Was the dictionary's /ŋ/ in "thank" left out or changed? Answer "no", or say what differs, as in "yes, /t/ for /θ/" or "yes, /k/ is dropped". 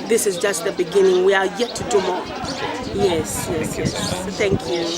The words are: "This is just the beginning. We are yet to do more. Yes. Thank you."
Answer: no